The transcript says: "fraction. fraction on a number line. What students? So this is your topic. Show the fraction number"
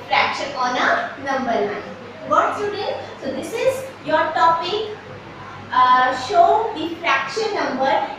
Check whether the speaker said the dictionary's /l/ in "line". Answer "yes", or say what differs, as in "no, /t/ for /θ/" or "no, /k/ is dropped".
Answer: no, /n/ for /l/